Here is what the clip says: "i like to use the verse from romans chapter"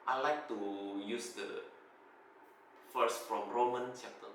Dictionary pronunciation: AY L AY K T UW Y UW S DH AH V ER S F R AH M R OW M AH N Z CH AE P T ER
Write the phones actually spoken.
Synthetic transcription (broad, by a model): AY L AY K T UW Y UW S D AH F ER S F R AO M R OW M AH N CH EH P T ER